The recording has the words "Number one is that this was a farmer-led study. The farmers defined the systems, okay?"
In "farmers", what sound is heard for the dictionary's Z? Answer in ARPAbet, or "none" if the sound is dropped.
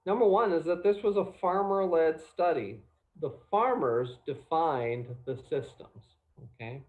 Z